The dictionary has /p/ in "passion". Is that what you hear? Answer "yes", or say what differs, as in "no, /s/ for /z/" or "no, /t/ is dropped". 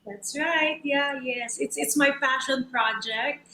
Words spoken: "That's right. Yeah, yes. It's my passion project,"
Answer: no, /f/ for /p/